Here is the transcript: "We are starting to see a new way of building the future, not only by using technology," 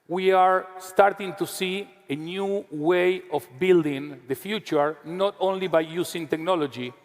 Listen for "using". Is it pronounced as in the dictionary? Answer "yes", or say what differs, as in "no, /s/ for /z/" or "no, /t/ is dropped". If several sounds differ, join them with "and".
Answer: no, /s/ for /z/